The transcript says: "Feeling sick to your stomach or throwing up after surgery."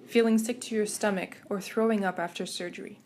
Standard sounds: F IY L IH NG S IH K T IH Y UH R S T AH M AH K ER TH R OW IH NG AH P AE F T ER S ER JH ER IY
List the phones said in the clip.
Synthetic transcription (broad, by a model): F IY L IH NG S IH K T IH Y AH R S T AH M AH K ER TH R OW IH NG AH P AE F T ER S ER JH ER IY